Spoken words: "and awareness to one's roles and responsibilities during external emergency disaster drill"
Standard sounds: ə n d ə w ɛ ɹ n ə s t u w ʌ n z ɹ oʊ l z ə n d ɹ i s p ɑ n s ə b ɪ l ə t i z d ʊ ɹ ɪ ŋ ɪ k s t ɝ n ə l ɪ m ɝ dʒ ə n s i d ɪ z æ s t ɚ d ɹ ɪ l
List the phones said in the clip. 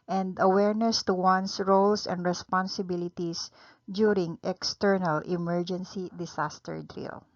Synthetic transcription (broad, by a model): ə n d ə w ɛ ɹ n ə s t u w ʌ n s ɹ oʊ l s ə n d ɹ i s p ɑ n s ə b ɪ l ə t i s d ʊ ɹ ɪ ŋ ɪ k s t ɝ n ə l ɪ m ɝ dʒ ə n s i d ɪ s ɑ s t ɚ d ɹ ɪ l